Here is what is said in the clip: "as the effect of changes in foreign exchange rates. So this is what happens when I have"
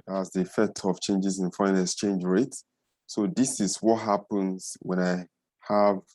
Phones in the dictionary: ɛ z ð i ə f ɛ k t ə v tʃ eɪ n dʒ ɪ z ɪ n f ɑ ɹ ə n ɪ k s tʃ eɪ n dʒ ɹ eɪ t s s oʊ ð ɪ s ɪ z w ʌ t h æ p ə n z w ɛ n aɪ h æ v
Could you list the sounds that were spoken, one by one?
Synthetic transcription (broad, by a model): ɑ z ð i ə f ɛ k t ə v tʃ eɪ n dʒ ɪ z ɪ n f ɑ ə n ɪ s tʃ eɪ n dʒ ɹ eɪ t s s oʊ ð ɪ s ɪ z w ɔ t h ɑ p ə n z w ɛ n aɪ h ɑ v